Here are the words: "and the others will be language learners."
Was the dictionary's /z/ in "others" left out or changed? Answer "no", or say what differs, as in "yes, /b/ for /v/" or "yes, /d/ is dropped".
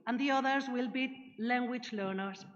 no